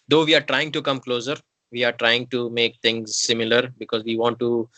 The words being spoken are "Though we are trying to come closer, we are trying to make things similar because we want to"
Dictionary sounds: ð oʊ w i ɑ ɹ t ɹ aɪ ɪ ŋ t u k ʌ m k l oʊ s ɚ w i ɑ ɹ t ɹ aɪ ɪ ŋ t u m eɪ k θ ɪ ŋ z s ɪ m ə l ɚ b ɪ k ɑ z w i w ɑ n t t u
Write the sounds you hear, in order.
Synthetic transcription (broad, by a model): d oʊ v i ɑ ɹ t ɹ aɪ ɪ ŋ t u k ʌ m k l oʊ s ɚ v i ɑ ɹ t ɹ aɪ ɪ ŋ t u m eɪ k t ɪ ŋ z s ɪ m ə l ɚ b ɪ k ɑ z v i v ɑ n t t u